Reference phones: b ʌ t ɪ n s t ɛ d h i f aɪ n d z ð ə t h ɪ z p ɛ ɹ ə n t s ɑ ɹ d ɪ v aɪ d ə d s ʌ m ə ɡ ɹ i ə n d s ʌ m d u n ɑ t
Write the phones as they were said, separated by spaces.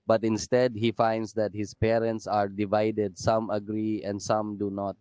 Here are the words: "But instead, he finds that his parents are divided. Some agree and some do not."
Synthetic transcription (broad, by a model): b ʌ t ɪ n s t ɛ d h i f aɪ n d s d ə t h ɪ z p ɛ ɹ ə n t s ɑ ɹ d ɪ v aɪ d ə d s ʌ m ə ɡ ɹ i ə n d s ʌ m d u n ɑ t